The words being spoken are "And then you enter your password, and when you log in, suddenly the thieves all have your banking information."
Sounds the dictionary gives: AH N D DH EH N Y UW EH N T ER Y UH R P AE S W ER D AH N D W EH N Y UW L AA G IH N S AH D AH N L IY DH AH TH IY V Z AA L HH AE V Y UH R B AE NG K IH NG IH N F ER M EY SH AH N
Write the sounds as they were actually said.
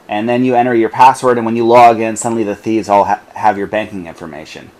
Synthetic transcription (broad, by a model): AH N DH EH N Y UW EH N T ER Y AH R P AE S W ER D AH N W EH N Y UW L AA G IH N S AH D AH N L IY DH AH TH IY V Z AA L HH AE V Y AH R B AE NG K IH NG IH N F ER M EY SH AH N